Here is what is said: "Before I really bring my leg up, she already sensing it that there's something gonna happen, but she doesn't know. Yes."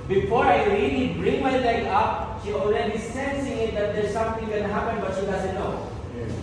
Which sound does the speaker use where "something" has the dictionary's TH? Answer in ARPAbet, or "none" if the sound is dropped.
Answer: T